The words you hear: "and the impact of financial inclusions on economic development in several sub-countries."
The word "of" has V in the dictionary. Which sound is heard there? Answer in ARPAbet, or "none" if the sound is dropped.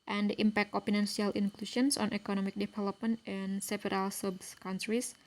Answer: P